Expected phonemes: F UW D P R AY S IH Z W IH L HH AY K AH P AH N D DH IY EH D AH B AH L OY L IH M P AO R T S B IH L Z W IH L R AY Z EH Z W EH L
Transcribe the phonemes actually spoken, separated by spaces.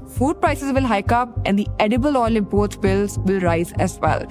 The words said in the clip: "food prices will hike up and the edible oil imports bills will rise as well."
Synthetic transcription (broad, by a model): F UW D P R AY S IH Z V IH L HH AY K AH P AH N D IY EH D AH B AH L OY L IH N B AO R T B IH L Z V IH L R AY Z EH Z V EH L